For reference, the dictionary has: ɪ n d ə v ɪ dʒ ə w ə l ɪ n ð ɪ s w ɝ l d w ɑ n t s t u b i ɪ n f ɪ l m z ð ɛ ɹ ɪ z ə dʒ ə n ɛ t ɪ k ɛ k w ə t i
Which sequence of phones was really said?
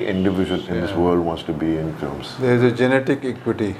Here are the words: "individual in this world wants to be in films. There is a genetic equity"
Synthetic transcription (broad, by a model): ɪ n d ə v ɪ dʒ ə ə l ɪ n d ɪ s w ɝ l d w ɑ n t s t u b i ɪ n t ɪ m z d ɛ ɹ ɪ z ə dʒ ə n ɛ t ɪ k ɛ k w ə t i